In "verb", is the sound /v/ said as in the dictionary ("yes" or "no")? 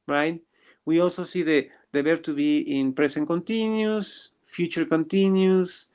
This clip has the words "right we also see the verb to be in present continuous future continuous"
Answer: no